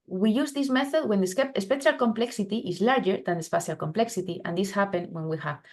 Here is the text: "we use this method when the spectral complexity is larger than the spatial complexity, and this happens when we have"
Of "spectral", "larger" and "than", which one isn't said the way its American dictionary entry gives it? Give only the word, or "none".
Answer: spectral